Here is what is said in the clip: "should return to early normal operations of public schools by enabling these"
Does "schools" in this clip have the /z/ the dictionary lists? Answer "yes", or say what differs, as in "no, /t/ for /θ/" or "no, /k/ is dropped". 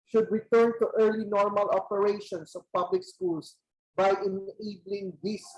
no, /s/ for /z/